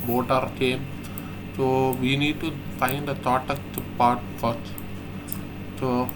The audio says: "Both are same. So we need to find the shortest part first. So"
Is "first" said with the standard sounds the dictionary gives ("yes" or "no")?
no